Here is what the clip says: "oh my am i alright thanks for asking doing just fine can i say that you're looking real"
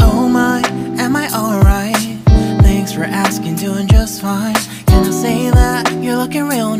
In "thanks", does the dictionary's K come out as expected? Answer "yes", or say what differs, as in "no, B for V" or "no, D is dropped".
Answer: yes